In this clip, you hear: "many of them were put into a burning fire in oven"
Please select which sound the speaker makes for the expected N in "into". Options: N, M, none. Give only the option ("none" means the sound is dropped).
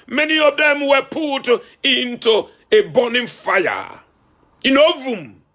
N